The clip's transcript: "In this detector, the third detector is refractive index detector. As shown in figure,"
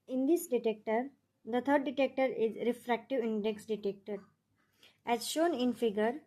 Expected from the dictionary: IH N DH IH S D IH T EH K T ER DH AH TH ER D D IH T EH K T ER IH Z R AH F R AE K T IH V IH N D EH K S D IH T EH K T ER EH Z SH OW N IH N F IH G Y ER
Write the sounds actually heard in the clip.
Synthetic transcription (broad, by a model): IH N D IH S D IH T EH K T ER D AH T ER D D IH T EH K T ER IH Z R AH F R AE K T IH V IH N D EH K S D IH T EH K T ER EH Z SH OW N IH N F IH G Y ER